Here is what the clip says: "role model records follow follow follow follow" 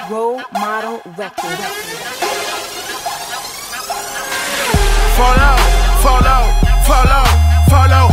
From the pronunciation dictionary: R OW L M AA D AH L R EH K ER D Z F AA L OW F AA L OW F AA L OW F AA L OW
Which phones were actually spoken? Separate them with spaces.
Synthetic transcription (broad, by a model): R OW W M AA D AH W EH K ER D F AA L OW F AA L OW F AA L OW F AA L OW